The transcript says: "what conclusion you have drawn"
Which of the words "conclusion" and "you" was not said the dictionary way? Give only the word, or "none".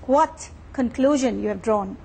none